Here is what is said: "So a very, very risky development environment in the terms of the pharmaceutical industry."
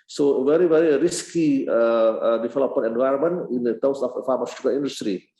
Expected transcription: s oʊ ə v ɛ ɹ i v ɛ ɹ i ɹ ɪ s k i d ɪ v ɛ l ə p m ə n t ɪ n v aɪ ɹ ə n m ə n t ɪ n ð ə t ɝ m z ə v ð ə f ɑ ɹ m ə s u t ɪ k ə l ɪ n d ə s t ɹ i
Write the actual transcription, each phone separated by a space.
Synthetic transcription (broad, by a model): s oʊ ə v ɛ ɹ i v ɛ ɹ i ɹ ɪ s k i d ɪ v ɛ l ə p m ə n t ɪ n v aɪ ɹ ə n m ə n ɪ n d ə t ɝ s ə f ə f ɑ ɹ m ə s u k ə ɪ n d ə s t ɹ i